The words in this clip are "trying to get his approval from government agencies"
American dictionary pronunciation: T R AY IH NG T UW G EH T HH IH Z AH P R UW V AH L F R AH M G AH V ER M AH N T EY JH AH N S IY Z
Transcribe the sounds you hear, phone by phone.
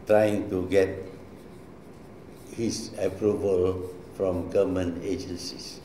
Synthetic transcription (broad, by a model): T R AY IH NG T UW G EH T HH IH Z AH P R UW V AH L F R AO M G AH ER M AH N EY JH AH N S IY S